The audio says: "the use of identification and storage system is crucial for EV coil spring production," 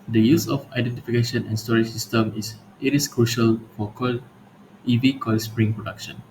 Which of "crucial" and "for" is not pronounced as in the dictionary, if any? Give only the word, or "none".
for